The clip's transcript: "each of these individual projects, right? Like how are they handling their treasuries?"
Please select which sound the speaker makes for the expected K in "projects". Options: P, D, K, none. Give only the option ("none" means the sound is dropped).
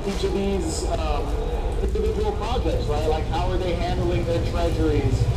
none